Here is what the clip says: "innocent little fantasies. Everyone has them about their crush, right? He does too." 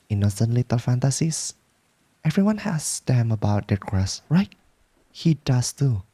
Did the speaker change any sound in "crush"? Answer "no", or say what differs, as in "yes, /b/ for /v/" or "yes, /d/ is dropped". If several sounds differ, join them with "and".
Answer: yes, /s/ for /ʃ/